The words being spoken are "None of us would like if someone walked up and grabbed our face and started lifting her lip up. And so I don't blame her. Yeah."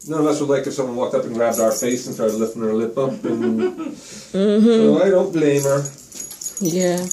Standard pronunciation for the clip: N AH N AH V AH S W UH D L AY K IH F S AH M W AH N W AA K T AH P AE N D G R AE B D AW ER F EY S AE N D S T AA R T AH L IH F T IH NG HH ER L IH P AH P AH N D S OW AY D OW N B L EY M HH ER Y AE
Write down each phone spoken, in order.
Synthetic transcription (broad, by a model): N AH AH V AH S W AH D L AY K IH F S AH M W AH N W AA K T AH P N G R AE B D AW ER F EY S N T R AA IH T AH L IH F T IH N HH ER L IH P AH P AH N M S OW AY D OW N B L EY M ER Y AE